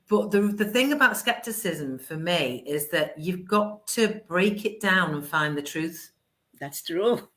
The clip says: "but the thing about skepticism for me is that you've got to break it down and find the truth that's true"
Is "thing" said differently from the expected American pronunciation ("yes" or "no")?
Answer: no